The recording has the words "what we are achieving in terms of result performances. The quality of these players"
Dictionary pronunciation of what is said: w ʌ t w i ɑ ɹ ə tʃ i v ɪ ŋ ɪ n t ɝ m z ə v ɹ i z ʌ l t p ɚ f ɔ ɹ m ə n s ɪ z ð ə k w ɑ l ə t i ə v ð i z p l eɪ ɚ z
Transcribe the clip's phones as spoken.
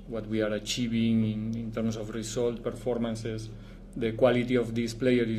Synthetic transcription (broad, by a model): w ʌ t w i ɑ ɹ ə tʃ i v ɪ ŋ ɪ n t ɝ m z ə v ɹ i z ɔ l t p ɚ f ɔ ɹ m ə n s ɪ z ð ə k w ɑ l ə t i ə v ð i s p l eɪ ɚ